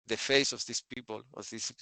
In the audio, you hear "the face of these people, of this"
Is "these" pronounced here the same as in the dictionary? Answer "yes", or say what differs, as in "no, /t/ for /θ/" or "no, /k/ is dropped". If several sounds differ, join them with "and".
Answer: no, /s/ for /z/